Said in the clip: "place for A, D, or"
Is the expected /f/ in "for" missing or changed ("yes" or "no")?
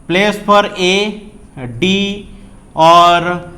yes